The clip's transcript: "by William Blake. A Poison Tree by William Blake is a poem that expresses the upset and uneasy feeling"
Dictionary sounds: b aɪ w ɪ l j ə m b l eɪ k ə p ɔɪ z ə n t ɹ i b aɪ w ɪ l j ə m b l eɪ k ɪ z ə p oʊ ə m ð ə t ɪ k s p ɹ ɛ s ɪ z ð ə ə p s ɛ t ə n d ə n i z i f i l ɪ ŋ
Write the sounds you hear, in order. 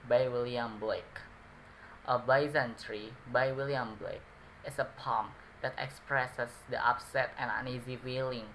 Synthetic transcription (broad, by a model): b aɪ w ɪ l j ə m b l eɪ k ə b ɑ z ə n t ɹ i b aɪ w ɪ l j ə m b l eɪ k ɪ s ə p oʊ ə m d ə t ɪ k s p ɹ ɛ s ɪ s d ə ə p s ɛ t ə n ə n i z i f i l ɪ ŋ